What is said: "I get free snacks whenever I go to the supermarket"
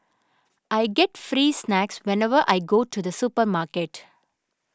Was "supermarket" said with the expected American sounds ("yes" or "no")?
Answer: yes